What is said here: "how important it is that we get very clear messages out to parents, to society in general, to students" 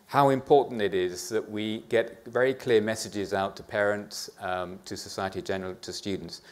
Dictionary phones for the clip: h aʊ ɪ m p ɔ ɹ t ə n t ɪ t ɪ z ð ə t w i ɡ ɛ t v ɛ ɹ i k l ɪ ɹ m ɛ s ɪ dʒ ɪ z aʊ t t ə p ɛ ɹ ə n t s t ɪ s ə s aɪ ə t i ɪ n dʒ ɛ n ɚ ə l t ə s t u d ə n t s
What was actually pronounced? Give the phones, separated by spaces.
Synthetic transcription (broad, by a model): h aʊ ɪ m p ɔ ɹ t n t ɪ t ɪ z ð ə t w i ɡ ɛ t v ɛ ɹ i k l ɪ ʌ m ɛ s ɪ dʒ ɪ z aʊ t t ə p ɛ ɹ ə n t s t ɪ s ə s aɪ ə t i dʒ ɛ n ɚ ə l t ə s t u d n t s